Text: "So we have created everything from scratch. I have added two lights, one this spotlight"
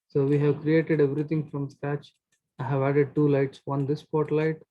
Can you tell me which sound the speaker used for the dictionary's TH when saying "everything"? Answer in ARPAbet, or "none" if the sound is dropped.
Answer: T